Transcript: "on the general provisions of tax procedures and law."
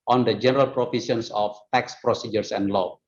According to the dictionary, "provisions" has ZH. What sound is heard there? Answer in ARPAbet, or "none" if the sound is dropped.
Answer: S